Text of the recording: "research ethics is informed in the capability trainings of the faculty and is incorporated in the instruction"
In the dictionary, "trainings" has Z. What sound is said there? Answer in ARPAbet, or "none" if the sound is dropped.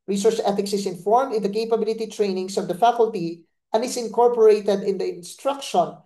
S